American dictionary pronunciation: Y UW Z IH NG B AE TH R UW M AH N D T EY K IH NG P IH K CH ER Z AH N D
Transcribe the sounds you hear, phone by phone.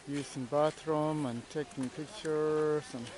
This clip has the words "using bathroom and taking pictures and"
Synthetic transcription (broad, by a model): Y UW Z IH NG B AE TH R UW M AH N T EY K IH NG P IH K CH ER S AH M